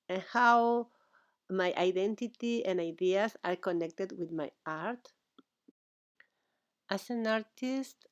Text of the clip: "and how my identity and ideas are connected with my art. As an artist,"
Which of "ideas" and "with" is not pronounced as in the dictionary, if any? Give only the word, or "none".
ideas